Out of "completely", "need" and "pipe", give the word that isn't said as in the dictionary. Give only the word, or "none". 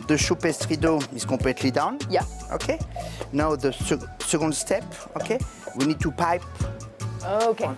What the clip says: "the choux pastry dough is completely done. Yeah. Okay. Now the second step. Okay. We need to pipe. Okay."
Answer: completely